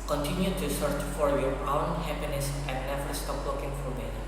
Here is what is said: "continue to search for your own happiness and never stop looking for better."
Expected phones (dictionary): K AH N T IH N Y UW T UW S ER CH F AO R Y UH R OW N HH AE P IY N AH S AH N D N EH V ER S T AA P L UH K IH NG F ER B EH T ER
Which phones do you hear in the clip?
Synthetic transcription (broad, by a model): K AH N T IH N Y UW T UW S ER CH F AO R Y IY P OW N HH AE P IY N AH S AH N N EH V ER S T AA P W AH K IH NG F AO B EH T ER